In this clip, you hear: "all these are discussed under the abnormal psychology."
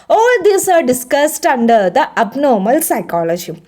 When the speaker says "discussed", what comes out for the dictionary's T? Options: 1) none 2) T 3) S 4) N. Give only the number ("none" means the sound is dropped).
2